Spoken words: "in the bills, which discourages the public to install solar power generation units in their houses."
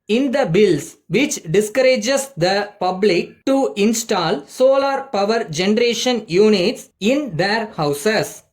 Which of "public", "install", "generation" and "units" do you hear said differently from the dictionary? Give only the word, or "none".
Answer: none